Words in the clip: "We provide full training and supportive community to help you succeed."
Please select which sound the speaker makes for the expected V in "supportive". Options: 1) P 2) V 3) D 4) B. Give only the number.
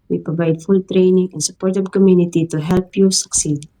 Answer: 4